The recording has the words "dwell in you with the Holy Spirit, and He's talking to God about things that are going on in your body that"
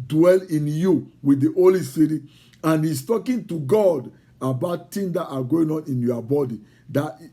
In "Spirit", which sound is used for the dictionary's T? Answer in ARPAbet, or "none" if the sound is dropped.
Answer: none